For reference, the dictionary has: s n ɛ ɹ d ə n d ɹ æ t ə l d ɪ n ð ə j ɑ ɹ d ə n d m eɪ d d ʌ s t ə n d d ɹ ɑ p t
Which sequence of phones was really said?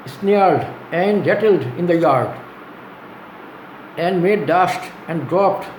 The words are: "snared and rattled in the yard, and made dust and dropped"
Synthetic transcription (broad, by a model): s n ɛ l d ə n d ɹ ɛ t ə l d ɪ n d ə j ɑ ɹ d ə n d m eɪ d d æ ʃ t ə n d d ɹ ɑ p t